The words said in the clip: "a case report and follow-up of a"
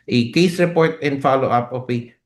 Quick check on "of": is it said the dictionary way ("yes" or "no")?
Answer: no